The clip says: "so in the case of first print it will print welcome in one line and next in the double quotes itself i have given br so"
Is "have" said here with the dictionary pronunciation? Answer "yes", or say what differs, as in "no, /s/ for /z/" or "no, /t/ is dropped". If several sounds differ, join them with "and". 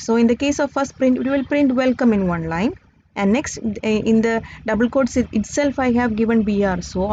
yes